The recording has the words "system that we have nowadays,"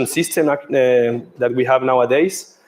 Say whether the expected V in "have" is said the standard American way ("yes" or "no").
yes